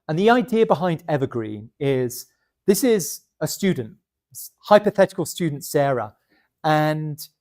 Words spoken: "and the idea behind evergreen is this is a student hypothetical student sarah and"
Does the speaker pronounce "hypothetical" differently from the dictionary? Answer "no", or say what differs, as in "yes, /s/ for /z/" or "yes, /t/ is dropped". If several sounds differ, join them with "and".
no